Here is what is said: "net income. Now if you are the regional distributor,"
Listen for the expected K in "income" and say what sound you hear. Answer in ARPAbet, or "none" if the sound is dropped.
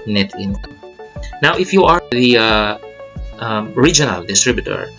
none